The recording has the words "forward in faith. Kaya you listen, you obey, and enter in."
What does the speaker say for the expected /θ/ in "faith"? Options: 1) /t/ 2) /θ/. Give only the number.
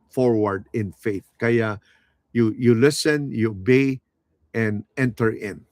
2